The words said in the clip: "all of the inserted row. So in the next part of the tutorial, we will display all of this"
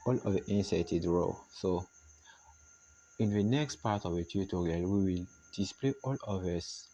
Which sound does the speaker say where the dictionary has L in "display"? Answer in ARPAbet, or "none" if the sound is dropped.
L